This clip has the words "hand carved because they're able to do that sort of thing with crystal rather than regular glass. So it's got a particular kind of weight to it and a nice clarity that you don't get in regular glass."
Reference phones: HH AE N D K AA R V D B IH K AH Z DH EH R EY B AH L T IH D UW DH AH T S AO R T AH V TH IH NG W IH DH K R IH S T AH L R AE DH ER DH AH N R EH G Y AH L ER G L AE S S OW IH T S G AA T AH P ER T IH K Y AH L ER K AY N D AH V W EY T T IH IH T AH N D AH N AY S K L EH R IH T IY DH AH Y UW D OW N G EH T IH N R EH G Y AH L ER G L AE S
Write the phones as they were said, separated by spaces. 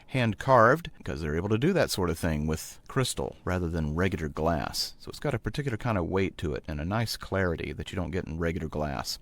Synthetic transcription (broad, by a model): HH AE N K AA R V D K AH Z DH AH R EY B L T IH D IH DH AH T S AO R T AH V TH IH NG W IH DH K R IH S T L R AE DH ER DH AH N R EH G Y L ER G L AE S S OW IH T S G AA T AH P ER T IH K Y L ER K AY N D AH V W EY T T IH IH T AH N AH N AY S K L EH R IH T IY DH AH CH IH D OW N G EH T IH N R EH G Y L ER G L AE S